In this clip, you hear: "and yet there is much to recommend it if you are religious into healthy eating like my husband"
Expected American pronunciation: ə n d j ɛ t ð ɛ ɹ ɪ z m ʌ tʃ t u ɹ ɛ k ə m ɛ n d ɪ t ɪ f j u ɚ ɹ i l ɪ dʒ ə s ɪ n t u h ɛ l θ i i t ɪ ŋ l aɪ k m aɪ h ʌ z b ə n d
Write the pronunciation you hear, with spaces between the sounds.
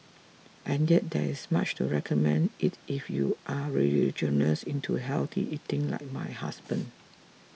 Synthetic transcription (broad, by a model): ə n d j ɛ t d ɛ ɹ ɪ s m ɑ tʃ t u ɹ ɛ k ə m ɛ n d ɪ t ɪ f j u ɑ ɹ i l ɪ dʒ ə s ɪ n t u h ɛ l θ i i t ɪ ŋ l aɪ k m aɪ h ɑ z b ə n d